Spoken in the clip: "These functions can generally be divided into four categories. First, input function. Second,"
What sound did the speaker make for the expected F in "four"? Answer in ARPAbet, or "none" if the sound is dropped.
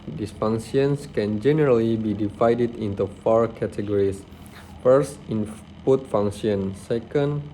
F